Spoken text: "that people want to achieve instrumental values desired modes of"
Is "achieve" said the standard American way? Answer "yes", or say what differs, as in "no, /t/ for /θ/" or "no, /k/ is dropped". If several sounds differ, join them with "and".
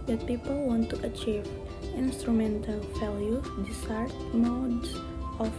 yes